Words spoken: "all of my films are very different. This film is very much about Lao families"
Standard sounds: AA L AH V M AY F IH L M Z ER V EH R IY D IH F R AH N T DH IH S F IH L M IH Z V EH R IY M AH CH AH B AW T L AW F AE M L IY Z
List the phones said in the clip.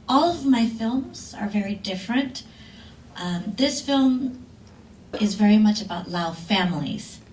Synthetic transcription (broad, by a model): AA L AH V M AY F IH L M Z ER V EH R IY D IH F R AH N T DH IH S F IH L M IH Z V EH R IY M AH CH AH B AW T L AW F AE M L IY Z